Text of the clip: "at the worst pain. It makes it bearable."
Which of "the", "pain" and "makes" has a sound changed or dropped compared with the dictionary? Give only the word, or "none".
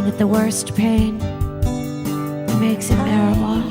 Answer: none